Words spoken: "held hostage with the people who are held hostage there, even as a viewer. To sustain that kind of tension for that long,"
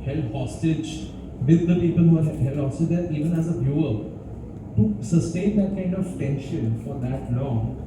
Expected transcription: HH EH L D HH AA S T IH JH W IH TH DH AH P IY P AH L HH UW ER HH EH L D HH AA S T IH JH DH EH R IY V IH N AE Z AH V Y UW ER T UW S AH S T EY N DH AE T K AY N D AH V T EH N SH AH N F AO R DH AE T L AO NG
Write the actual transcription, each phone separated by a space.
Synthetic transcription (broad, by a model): HH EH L HH AA S T IH JH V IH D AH P IY P AH L HH UW ER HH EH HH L HH AA S T IH JH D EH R IY V IH N AE Z AH B Y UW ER T UW S AH S T EY N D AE T K AY N D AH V T EH N SH AH N F AO R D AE T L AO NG